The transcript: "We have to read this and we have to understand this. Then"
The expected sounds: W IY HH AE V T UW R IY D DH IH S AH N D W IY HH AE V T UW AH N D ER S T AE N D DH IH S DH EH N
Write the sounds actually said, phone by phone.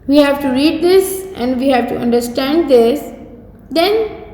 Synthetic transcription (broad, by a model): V IY HH AE V T UW R IY D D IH S AH N D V IY HH AE V T UW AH N D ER S T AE N D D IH S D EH N